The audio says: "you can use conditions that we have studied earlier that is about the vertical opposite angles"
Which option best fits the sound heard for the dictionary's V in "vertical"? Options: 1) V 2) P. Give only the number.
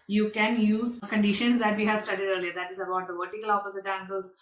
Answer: 1